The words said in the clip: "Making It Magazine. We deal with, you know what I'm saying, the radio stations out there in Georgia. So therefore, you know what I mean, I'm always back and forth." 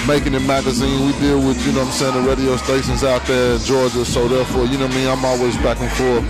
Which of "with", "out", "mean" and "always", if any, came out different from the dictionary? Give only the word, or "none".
mean